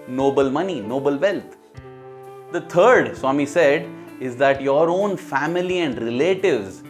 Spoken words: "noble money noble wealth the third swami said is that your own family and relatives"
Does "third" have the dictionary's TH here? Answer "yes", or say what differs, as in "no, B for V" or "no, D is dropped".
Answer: no, T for TH